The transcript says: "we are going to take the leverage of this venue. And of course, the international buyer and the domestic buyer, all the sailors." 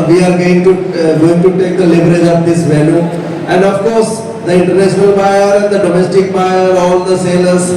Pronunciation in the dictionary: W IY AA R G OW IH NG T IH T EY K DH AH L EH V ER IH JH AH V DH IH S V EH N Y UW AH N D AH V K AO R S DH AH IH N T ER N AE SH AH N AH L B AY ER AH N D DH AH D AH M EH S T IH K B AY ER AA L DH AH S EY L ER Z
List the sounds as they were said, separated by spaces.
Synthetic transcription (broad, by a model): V IY AA R G OW IH NG T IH T EY K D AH L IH B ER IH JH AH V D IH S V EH L Y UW AH N D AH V K AO R S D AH IH N T ER N AE SH AH N AH L B AY ER AH N D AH D AH M EH S T IH K B AY ER AA L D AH S EY L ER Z